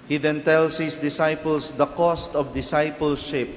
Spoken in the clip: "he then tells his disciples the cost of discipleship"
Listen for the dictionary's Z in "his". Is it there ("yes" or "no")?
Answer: no